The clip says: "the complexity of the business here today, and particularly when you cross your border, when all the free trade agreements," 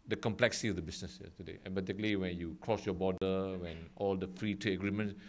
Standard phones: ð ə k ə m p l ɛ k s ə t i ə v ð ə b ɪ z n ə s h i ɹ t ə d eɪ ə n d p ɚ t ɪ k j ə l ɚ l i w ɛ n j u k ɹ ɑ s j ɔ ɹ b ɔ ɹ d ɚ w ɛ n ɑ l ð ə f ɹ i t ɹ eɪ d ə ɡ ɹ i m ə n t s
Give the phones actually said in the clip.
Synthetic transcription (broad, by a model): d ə k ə m p l ɛ k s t i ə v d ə b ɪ s n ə s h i t ə d eɪ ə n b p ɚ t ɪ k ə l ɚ l i w ɛ n j u k ɹ ɑ s j ɔ b ɔ d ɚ w ɛ n ɑ l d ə f ɹ i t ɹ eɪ ə ɡ ɹ i m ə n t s